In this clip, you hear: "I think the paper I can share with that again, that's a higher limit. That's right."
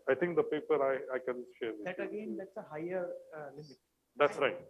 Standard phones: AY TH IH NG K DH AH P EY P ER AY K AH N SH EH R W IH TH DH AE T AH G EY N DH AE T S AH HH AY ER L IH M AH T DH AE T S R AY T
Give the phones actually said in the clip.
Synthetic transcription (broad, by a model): AY T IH NG K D AH P EY P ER AY K AH N SH EH R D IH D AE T AH G EY N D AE T S AH HH AY ER L IH M AH T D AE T S R AY T